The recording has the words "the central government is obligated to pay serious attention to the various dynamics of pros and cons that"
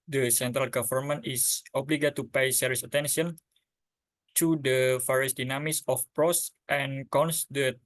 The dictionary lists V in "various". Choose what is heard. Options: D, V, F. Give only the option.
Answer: F